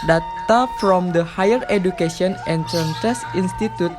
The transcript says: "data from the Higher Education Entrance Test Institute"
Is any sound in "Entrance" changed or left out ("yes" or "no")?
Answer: yes